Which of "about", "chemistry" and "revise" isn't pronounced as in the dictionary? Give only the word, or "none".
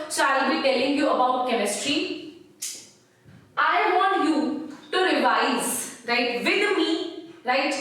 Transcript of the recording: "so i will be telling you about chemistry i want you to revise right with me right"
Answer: none